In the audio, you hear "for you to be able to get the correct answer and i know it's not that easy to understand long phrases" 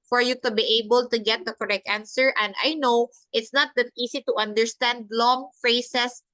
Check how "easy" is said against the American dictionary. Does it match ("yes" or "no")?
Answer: no